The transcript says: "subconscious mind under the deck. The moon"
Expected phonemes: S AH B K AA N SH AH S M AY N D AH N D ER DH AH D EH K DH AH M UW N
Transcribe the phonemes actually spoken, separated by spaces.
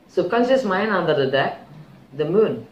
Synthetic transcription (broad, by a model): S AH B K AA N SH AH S M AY N AH N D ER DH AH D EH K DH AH M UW N